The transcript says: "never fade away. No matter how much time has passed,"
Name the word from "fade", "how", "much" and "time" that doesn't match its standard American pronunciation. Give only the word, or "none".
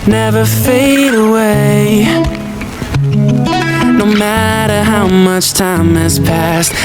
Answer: none